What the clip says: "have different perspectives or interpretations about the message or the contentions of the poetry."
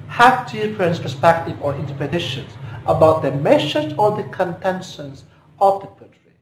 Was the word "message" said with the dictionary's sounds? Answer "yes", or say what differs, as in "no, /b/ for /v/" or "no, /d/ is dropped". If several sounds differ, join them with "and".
no, /ʃ/ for /s/